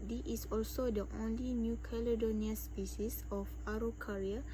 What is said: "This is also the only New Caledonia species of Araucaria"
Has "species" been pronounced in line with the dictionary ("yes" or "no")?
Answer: no